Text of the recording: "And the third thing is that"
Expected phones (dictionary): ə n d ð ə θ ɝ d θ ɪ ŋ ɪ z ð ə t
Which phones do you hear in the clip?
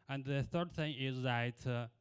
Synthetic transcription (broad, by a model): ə n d ð ə θ ɝ d θ ɪ ŋ ɪ z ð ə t